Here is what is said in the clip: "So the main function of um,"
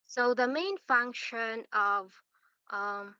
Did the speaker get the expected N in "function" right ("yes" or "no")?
yes